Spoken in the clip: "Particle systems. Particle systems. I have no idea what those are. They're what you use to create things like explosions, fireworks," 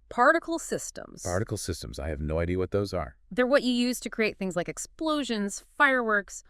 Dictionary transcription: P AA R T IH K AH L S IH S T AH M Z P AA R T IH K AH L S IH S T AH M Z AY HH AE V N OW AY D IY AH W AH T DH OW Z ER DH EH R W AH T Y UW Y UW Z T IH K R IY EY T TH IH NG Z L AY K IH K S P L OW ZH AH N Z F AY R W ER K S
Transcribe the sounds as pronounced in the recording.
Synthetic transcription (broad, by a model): P AA R T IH K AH L S IH S T AH M Z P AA R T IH K L S IH S T AH M Z AY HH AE V N OW AY D IY AH W AH T DH OW Z ER DH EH R W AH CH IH Y UW Z T IH K R IY EY T TH IH NG Z L AY K IH K S P L OW ZH AH N Z F AY R W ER K S